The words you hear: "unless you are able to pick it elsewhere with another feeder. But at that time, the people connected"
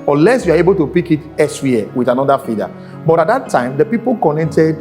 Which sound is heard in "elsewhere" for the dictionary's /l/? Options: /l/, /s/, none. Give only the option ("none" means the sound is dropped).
none